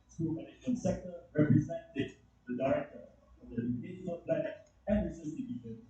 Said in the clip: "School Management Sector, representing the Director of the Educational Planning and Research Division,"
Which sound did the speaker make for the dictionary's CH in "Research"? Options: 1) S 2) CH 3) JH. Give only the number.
1